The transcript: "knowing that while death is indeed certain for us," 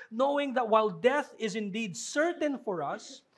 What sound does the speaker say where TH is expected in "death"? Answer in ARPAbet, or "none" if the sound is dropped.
TH